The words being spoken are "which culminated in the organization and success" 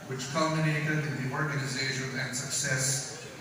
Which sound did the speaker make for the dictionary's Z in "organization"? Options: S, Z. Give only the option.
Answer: Z